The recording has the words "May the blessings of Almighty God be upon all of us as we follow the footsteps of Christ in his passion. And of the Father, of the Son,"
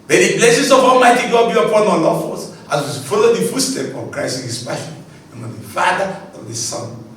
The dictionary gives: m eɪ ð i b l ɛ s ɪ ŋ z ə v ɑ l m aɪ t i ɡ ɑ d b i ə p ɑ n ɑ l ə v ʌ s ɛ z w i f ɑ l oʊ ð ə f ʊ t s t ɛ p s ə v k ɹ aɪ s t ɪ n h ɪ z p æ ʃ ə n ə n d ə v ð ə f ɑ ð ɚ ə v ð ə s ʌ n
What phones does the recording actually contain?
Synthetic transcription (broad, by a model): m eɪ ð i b l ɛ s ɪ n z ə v ɑ l m aɪ t i ɡ ɑ d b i ə p ɑ n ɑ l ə f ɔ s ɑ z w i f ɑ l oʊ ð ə f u s t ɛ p ə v k ɹ aɪ s t ɪ n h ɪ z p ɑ ə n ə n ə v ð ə f ɑ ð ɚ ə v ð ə s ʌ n